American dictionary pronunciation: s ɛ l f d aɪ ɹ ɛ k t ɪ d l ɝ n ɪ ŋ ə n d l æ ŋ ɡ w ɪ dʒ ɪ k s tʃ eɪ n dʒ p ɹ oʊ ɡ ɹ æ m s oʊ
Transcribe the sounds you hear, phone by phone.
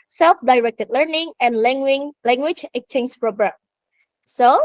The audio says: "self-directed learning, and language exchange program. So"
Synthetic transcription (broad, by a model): s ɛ l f d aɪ ɹ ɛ k t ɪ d l ɝ n ɪ ŋ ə n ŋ l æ ŋ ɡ w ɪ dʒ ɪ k tʃ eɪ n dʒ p ɹ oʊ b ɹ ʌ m s oʊ